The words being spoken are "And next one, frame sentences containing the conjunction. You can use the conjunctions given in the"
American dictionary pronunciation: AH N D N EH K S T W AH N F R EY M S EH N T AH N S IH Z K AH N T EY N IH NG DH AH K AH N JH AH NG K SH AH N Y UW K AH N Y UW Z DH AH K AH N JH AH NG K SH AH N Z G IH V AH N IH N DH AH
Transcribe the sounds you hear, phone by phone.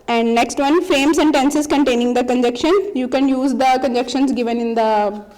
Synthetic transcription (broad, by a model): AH N D N EH K S T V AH N F R EY M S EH N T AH N S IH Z K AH N T EY N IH NG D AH K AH N JH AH K SH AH N Y UW K AH N Y UW Z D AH K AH N JH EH K SH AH N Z G IH V AH N IH N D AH